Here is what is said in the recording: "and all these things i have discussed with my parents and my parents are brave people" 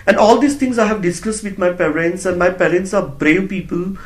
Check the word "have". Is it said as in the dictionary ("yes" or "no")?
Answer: yes